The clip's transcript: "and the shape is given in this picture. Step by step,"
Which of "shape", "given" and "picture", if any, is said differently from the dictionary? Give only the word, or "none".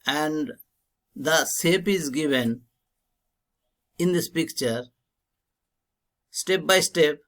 shape